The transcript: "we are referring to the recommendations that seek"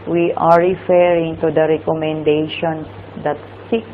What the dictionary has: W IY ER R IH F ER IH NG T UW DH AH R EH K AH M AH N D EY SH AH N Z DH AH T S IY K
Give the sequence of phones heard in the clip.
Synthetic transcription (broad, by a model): W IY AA R IH F ER IH NG T UW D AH R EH K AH M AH N D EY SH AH N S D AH T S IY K